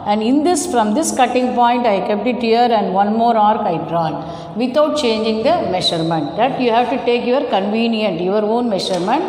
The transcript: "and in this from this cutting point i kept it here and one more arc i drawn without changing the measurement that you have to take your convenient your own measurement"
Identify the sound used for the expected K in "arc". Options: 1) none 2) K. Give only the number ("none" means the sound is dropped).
2